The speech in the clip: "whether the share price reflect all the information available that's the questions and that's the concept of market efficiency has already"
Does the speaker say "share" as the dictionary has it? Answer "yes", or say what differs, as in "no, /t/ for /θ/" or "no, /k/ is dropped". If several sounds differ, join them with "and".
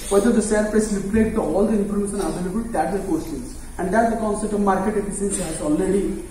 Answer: no, /s/ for /ʃ/